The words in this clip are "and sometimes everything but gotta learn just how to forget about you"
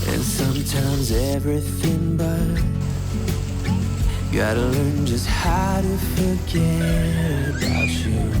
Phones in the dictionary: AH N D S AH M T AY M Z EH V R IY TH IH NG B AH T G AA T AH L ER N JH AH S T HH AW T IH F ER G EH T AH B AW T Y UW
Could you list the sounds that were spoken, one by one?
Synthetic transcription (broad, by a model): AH N S AH M T AY M Z EH V R IY TH IH NG B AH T G AA T AH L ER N JH AH S T HH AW T IH F ER G EH T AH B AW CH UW